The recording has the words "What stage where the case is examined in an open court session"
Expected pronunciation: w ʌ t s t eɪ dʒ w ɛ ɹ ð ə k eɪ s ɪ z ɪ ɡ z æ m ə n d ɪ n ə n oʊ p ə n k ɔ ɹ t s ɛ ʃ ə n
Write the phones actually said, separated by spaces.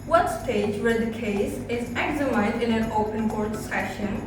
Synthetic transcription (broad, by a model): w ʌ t s t eɪ dʒ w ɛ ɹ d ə k eɪ s ɪ z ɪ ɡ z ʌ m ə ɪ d ɪ n ə n oʊ p ə n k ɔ ɹ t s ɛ ʃ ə n